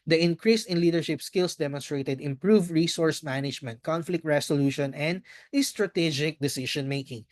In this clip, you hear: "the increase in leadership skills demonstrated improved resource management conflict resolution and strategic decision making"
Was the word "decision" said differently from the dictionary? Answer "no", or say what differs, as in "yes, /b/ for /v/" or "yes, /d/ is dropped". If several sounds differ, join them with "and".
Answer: yes, /ʃ/ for /ʒ/